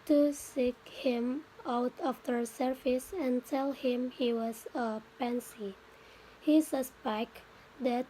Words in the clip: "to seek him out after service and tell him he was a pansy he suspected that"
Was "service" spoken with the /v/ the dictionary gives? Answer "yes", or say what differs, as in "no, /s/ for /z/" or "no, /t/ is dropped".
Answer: no, /f/ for /v/